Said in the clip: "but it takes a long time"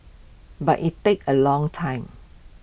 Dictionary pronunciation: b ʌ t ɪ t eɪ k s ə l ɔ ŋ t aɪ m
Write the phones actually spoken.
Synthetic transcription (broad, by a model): b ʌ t ɪ t eɪ k ə l ɔ ŋ t aɪ m